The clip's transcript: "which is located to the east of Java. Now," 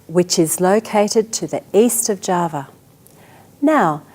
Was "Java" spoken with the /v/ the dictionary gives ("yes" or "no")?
yes